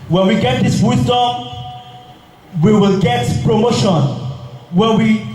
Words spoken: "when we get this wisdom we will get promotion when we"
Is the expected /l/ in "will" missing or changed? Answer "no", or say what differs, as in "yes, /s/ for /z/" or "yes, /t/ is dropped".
no